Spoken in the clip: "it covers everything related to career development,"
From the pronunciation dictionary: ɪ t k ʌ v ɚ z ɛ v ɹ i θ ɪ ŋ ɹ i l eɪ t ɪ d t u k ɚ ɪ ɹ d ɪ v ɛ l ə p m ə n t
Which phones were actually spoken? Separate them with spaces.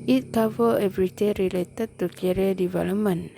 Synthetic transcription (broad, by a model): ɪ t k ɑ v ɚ ɛ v ɹ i t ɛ ɹ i l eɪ t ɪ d t u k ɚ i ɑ d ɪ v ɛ l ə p m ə n